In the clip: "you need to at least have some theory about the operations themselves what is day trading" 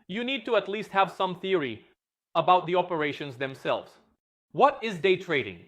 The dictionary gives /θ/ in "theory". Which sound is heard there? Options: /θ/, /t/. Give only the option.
/θ/